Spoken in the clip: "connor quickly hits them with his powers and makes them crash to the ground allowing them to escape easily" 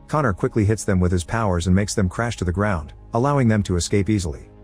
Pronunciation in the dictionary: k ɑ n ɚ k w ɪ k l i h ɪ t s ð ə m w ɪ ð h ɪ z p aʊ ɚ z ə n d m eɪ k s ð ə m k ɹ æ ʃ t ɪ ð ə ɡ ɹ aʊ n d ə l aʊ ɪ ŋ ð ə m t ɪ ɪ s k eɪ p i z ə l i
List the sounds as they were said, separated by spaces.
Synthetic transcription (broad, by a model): k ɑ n ɚ k w ɪ k l i h ɪ t s ð ə m w ɪ ð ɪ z p aʊ ɚ z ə n m eɪ k s ð ə m k ɹ æ ʃ t ɪ ð ə ɡ ɹ aʊ n d ə l aʊ ɪ ŋ ð ə m t ɪ ɪ s k eɪ p i z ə l i